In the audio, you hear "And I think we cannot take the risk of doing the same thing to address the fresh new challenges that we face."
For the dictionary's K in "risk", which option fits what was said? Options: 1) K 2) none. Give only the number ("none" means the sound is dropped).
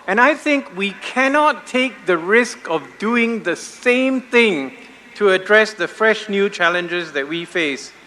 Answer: 1